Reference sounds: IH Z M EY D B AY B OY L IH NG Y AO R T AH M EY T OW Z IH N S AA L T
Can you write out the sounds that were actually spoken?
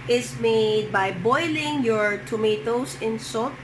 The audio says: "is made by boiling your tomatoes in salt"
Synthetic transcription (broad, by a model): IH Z M EY D B AY B OY L IH NG Y AO R T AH M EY T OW S IH N S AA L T